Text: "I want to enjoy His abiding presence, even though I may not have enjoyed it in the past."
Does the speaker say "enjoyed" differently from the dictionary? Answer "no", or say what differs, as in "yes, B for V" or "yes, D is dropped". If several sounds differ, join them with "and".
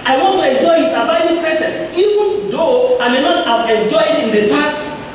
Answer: yes, D is dropped